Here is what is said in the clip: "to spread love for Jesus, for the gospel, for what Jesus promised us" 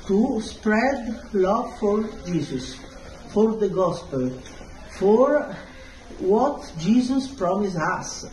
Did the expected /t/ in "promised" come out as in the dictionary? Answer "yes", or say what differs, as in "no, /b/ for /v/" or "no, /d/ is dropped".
no, /t/ is dropped